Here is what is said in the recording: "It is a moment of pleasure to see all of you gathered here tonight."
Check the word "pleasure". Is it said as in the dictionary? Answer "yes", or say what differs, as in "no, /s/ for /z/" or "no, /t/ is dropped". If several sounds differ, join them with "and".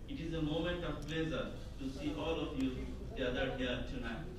no, /z/ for /ʒ/